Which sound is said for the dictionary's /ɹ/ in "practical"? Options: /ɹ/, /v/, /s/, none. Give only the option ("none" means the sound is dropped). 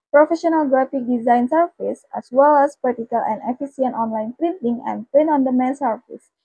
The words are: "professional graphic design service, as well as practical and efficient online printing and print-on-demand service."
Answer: none